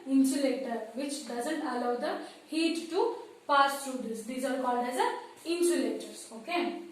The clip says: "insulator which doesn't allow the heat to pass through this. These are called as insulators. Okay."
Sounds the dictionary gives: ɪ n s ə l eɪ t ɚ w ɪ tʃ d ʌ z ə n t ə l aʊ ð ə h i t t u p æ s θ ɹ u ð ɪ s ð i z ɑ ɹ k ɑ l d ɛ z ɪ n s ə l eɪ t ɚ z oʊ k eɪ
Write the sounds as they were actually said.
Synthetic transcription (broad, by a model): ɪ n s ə l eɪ t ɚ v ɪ tʃ d ʌ z ə n t ə l aʊ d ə h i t t u p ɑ s t ɹ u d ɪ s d i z ɑ ɹ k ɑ d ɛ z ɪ n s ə l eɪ t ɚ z oʊ k eɪ